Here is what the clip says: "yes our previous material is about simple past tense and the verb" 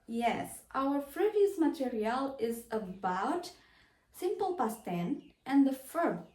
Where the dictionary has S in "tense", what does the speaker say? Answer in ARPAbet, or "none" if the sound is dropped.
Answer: none